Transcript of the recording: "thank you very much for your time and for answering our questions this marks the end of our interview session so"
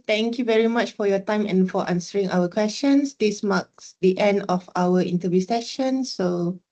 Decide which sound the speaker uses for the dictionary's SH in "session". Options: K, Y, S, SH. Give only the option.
SH